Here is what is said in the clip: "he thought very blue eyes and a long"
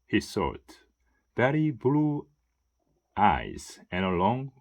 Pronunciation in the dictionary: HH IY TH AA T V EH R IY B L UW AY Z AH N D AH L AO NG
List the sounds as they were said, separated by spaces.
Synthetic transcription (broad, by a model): HH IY S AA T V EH R IY B L UW AY Z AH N AH L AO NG